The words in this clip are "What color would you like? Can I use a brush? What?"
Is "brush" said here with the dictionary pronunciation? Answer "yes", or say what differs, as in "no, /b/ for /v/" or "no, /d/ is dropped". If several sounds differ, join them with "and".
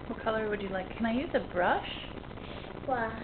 yes